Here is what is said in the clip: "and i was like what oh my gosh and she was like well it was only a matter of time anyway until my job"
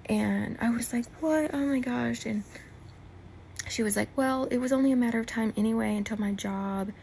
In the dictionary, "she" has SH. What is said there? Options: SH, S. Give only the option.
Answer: SH